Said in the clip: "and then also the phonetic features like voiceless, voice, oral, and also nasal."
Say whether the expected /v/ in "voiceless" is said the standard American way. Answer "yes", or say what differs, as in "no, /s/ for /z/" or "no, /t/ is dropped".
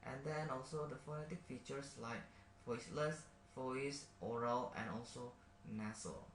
no, /f/ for /v/